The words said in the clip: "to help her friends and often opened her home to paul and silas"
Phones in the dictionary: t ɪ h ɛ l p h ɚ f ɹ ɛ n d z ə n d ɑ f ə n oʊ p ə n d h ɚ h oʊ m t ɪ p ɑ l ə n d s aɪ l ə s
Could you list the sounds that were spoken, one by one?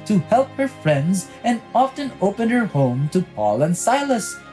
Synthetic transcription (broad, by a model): t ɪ h ɛ l p h ɚ f ɹ ɛ n d z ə n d ɑ f ə n oʊ p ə n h ɚ h oʊ m t ɪ p ɑ l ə n s aɪ l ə s